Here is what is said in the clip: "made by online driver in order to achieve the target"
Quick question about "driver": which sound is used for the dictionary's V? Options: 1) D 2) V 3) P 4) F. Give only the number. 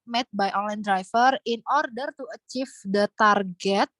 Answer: 4